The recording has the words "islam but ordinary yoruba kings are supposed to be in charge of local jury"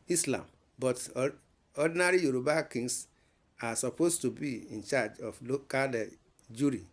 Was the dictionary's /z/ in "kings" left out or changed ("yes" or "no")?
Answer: yes